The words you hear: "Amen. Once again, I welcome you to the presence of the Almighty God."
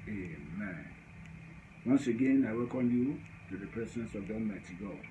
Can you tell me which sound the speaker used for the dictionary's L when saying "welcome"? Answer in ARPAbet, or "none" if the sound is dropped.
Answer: none